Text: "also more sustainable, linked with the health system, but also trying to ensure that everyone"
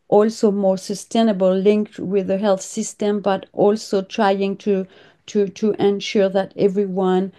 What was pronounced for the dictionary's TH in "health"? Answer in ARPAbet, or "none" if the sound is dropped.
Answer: TH